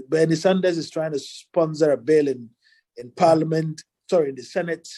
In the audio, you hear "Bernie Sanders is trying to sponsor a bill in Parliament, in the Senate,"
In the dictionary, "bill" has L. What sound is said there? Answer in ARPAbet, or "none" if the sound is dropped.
N